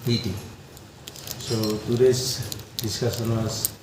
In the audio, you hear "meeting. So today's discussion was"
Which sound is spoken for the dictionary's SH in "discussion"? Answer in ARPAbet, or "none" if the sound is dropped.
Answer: S